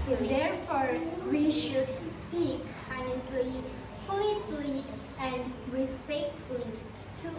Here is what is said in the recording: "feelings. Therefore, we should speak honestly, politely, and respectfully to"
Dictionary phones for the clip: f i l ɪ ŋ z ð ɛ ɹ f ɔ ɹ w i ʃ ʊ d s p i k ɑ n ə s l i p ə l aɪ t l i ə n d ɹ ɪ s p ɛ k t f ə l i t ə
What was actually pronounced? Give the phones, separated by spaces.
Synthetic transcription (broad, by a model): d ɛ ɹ f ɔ ɹ w i ʃ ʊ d s p i k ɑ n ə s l i f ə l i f l i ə n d ɹ ɪ s p ɛ k t f ə l i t